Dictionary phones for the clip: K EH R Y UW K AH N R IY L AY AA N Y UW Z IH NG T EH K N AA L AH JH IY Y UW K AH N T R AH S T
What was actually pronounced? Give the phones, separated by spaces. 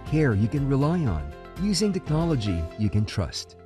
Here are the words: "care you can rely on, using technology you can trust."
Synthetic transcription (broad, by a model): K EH R Y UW K AH N R IY L AY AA N Y UW Z IH NG T EH K N AA L AH JH IY Y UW K AH N T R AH S T